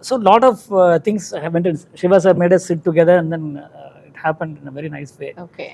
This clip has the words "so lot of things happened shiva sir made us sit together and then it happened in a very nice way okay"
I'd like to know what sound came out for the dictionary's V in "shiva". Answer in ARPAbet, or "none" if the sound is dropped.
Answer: V